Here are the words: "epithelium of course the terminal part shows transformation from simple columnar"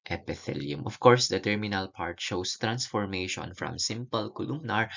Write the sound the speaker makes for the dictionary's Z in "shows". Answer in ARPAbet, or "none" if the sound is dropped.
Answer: S